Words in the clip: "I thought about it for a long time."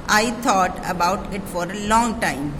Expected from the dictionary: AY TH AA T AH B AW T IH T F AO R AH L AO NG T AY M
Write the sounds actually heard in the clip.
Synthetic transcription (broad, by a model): AY T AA T AH B AW T IH T F AO R AH L AO NG T AY M